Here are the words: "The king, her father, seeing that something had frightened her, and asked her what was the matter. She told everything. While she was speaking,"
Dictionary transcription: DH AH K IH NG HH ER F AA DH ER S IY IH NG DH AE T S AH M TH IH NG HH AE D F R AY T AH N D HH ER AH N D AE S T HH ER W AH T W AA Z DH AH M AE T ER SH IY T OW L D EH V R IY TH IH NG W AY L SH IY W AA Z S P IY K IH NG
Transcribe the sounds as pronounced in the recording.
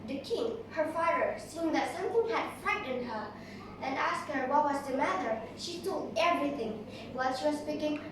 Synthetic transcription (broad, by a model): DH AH K IH NG HH ER F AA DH ER S IY IH NG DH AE T S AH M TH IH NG HH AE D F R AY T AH N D HH ER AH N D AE S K HH ER W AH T W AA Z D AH M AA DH ER SH IY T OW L EH V R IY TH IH NG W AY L SH IY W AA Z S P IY K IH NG